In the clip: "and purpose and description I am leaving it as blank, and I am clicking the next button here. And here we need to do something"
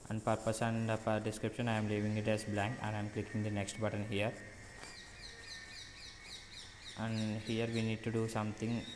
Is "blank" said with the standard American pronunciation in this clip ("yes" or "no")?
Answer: yes